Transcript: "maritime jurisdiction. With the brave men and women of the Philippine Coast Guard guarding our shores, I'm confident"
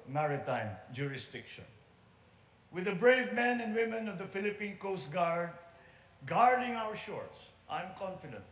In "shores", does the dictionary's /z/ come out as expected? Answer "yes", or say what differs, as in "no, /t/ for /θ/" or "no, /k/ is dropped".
no, /s/ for /z/